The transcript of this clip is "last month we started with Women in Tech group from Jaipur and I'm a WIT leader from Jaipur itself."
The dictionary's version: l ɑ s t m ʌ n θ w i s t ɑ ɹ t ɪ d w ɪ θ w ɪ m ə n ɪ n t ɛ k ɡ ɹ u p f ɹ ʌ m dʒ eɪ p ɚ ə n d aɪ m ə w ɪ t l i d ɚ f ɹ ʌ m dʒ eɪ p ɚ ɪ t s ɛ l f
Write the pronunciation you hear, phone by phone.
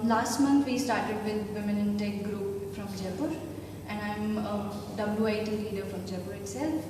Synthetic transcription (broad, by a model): l ɑ s t m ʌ n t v i s t ɑ ɹ t ɪ d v ɪ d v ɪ m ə n ɪ n t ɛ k ɡ ɹ u p f ɹ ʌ m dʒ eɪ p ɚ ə n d aɪ m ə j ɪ t l i d ɚ f ɹ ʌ m dʒ eɪ p ɚ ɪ t s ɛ l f